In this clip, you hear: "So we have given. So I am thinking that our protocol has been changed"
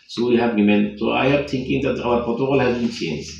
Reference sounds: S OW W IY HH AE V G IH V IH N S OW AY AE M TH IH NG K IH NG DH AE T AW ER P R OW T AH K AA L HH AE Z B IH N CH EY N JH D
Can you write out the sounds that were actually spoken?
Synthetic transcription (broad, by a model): S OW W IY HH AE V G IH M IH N S OW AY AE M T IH NG K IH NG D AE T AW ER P OW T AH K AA L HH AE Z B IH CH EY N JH